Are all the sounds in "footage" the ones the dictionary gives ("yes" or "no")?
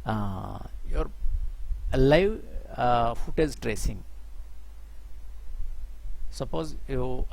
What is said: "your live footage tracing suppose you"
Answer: no